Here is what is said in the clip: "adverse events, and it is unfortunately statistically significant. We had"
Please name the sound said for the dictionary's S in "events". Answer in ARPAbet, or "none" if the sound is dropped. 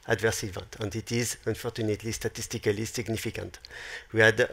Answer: none